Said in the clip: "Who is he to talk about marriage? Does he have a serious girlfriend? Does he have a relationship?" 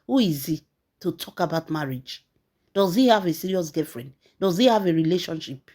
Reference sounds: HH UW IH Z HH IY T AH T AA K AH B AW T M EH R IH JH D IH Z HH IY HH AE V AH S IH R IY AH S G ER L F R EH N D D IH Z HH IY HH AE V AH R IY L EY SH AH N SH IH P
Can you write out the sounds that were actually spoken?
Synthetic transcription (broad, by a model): HH UW IH Z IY T AH T AA K AH B AW T M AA R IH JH D IH Z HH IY HH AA V AH S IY R IY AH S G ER F R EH N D D IH Z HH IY HH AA V AH R IY L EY SH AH N SH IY P